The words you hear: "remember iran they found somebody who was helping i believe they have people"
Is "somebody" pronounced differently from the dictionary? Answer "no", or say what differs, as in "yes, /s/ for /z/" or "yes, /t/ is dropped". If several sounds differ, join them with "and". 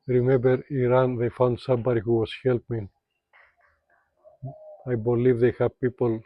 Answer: no